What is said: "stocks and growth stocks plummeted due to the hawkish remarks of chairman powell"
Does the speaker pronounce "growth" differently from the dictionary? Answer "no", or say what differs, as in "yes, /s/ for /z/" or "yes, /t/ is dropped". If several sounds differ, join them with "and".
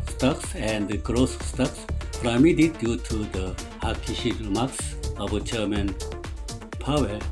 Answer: yes, /s/ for /θ/